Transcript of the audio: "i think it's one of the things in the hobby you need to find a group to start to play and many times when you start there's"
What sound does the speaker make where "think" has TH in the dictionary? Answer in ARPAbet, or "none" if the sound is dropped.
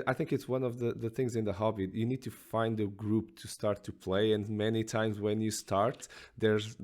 TH